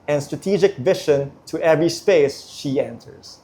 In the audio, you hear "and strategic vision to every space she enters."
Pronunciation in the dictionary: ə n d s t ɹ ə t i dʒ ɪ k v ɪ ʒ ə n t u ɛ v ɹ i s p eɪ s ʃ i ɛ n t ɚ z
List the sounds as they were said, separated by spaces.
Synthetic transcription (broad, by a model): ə n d s t ɹ ə t i dʒ ɪ k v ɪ ʃ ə n t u ɛ v ɹ i s p eɪ s ʃ i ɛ n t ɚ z